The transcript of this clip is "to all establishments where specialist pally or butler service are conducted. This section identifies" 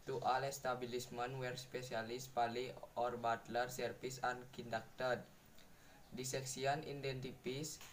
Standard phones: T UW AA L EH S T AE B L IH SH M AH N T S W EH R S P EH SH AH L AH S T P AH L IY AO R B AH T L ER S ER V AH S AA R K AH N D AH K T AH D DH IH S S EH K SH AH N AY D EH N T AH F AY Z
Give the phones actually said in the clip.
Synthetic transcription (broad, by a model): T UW AA L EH S T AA B L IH S M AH N W EH R S P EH S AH L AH S P AH L IY AO R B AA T L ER S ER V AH S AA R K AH N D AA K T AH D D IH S S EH K S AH N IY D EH N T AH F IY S